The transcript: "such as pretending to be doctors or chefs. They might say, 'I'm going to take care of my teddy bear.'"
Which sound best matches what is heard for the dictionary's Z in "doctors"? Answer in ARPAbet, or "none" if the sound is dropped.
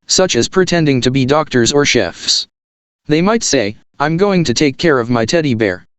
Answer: Z